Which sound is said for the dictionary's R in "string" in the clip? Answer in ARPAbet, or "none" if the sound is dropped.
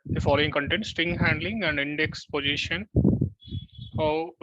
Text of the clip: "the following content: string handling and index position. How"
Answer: none